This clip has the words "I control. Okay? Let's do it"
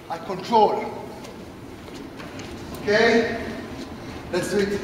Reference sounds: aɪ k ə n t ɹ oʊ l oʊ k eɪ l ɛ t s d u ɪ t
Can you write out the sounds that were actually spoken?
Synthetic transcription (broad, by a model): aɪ k ə n t ɹ oʊ l oʊ k eɪ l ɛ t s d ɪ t